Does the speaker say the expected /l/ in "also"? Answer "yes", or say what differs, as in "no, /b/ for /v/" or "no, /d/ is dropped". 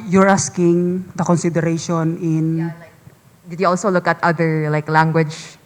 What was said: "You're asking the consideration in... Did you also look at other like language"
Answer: yes